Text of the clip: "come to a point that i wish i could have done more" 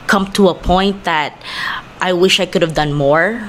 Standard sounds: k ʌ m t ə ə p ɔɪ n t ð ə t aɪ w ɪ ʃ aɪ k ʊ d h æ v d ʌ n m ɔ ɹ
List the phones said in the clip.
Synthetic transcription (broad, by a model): k ʌ m t ə ə p ɔɪ n t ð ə t aɪ w ɪ ʃ aɪ k ʊ d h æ v d ʌ n m ɔ ɹ